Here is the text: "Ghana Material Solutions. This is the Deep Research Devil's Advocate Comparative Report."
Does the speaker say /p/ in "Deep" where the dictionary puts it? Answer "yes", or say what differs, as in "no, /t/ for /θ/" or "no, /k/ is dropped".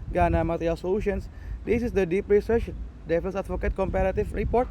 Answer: yes